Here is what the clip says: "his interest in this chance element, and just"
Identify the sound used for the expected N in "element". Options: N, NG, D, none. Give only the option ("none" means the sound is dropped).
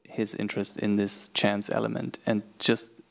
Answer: N